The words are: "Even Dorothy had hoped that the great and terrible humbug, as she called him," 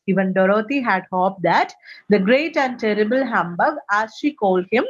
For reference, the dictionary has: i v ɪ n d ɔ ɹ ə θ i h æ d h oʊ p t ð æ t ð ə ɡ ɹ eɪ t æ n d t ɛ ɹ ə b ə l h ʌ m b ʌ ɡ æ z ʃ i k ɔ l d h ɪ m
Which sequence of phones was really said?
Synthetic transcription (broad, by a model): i v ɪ n d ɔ ɹ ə t i h æ d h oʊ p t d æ t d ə ɡ ɹ eɪ t æ n d t ɛ ɹ ə b ə l h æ m b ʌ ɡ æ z ʃ i k ɔ l d h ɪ m